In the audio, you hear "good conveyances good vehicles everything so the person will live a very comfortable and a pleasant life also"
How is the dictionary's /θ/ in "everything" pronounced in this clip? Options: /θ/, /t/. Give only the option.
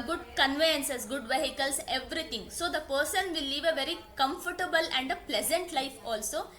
/t/